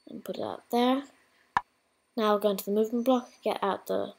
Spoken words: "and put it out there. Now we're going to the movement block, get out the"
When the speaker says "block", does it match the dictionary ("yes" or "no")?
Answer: yes